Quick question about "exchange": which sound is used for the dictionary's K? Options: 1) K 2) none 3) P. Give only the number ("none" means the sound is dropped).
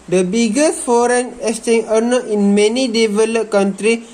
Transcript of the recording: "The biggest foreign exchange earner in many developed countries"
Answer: 2